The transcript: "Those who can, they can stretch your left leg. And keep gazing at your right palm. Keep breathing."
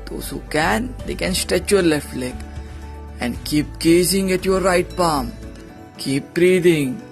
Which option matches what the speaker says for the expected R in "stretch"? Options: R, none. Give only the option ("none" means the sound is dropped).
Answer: none